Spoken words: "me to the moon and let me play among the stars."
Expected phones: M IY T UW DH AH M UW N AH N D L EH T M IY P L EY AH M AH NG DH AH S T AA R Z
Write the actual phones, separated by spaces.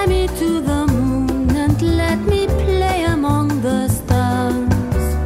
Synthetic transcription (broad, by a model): M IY T UW DH AH M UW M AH N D L EH T M IY P L EY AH M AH NG DH AH S T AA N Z